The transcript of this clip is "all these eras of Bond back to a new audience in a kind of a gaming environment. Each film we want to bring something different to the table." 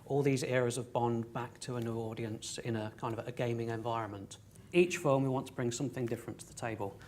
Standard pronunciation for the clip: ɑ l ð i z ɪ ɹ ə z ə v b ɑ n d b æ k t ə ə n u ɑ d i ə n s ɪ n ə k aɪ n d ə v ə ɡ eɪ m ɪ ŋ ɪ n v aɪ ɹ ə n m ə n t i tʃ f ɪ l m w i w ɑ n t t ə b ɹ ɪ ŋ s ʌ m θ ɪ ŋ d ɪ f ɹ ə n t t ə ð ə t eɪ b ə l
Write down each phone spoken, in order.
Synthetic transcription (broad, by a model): ɑ l ð i z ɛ ɹ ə z ə v b ɑ n b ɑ k t ə ə n u ɑ d i ə n s ɪ n ə k aɪ n d ə v ə ɡ eɪ m ɪ ŋ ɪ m v aɪ ɹ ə n m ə n t i tʃ f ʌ m w i w ɑ n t t ə b ɹ ɪ ŋ s ʌ m θ ɪ ŋ d ɪ f ɹ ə n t t ə ð ə t eɪ b ə l